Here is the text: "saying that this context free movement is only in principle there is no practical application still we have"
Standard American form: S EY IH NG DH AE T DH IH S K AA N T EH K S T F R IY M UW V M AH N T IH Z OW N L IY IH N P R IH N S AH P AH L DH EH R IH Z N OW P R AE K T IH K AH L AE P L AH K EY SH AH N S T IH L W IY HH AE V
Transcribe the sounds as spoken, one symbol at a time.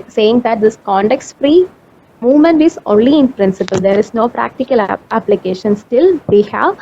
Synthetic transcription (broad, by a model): S EY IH NG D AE T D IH S K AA N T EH K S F R IY M UW V M AH N T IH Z OW N L IY IH N P R IH N S AH P AH L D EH R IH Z N OW P R AE K T IH K AH L AE P L AH K EY SH AH N S T IH L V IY HH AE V